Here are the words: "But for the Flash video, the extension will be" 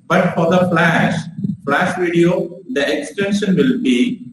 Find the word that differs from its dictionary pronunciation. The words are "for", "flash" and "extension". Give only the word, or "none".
none